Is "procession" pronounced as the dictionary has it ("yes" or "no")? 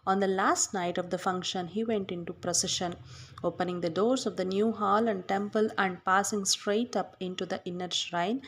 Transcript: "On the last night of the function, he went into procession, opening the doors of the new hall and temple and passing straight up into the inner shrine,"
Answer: yes